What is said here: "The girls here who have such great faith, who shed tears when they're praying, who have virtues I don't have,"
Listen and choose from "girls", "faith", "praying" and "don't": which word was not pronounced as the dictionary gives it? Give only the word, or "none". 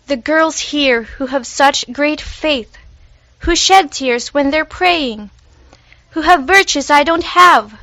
none